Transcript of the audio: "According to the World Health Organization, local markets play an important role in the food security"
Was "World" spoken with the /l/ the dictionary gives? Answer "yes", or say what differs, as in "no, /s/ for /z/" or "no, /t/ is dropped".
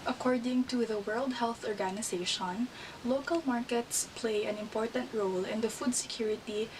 yes